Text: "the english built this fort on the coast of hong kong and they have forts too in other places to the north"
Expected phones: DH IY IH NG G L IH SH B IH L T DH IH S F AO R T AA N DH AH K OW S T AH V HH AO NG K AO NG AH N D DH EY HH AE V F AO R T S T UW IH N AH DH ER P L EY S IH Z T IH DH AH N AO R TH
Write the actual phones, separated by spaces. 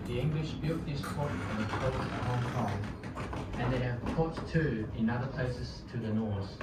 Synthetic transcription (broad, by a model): DH IY IH NG G L IH SH B IH L T DH IH S P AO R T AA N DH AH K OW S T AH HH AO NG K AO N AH N DH EY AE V P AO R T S T UW IH N AH DH ER P L EY S IH Z T IH DH AH N AO R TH